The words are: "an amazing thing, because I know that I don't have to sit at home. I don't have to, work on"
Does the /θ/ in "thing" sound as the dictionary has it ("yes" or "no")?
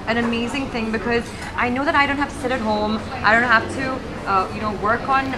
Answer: yes